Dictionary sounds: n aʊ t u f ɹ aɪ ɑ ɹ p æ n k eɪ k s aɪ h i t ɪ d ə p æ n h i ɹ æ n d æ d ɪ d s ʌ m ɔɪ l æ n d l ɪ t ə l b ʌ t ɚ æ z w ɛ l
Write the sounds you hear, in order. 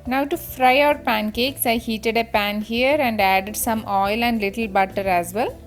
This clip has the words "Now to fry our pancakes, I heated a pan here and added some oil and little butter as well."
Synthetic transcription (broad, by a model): n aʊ t u f ɹ aɪ ɑ ɹ p æ n k eɪ k s aɪ h i t ɪ d ə p æ n h i ɹ æ n d æ d ɪ d s ʌ m ɔɪ l æ n d l ɪ t ə l b ʌ t ɚ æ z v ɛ l